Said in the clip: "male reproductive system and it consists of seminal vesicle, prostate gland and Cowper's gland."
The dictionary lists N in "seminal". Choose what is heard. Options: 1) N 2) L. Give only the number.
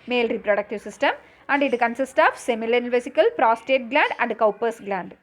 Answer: 2